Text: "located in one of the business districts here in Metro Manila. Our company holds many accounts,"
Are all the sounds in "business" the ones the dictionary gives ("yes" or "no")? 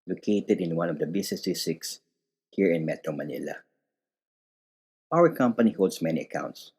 no